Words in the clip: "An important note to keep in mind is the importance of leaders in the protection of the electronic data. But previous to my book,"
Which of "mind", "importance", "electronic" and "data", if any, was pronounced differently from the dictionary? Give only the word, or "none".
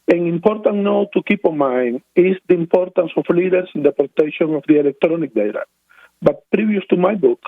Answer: mind